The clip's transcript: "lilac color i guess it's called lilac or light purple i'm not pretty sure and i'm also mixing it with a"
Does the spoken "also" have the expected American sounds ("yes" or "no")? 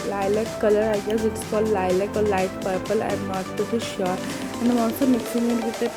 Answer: no